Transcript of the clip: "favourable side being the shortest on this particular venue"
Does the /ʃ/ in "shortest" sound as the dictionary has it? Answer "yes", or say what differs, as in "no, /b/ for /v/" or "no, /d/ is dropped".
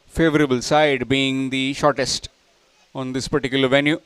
yes